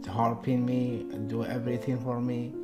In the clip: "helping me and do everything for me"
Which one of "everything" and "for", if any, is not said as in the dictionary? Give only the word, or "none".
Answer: everything